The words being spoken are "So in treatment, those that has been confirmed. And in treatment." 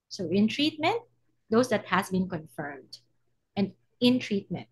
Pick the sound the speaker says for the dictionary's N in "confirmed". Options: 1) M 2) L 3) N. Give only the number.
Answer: 3